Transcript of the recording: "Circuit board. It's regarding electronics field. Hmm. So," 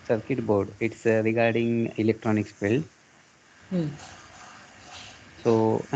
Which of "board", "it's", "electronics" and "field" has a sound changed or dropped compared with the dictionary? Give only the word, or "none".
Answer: field